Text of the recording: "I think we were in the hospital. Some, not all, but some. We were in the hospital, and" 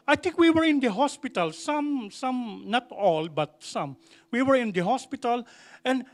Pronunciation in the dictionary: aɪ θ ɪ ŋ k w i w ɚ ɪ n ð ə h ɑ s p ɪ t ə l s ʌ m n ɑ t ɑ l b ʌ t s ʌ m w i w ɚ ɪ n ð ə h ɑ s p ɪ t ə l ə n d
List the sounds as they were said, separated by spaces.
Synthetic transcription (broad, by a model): aɪ t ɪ ŋ k w i w ɚ ɪ n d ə h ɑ s p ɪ t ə l s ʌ m n ɑ t ɑ l b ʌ t s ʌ m w i w ɚ ɪ n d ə h ɑ s p ɪ t ə l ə n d